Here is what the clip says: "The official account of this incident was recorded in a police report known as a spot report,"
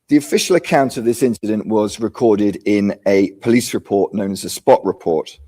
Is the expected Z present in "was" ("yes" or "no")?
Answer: yes